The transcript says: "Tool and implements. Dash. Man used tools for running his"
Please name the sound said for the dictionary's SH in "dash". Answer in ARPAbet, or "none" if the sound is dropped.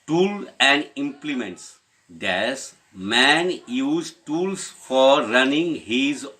S